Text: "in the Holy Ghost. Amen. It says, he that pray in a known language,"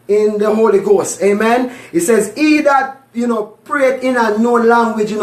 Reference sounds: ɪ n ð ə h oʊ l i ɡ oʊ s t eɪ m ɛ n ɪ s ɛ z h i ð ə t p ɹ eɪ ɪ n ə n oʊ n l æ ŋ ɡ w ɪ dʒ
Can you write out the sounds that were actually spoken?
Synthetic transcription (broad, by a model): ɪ n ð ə h oʊ l i ɡ oʊ s t eɪ m ɛ n ɪ s ɛ z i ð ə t p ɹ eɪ ɪ n ə n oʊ l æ ŋ ɡ w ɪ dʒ